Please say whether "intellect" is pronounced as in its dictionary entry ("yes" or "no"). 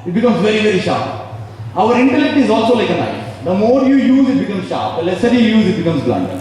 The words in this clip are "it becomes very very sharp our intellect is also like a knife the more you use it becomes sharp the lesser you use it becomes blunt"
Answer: yes